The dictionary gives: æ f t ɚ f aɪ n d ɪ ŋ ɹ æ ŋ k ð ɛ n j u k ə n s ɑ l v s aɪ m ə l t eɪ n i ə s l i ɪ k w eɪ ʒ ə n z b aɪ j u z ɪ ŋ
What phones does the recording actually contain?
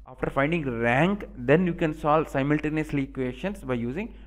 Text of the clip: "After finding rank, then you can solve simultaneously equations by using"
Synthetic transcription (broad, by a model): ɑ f t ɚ f aɪ n d ɪ ŋ ɹ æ ŋ k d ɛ n j u k ə n s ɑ l s aɪ m ə l t eɪ n i ə s l i k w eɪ s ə n s b aɪ j u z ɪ ŋ